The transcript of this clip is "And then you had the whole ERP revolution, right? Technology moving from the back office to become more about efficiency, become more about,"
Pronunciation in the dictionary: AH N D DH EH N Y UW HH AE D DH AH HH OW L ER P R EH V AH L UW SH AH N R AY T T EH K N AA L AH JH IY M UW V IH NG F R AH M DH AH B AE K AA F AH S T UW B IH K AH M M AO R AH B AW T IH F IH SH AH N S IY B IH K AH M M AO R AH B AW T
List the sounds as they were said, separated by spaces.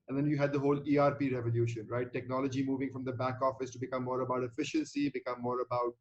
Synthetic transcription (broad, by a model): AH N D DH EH N Y UW HH AE D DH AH HH OW L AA P R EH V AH L UW SH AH N R AY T T EH K N AA L AH JH IY M UW V IH NG F R AH M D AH B AE K AA F AH S T UW B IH K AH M M AO R AH B AW T IH F IH SH AH N S IY B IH K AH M M AO R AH B AW T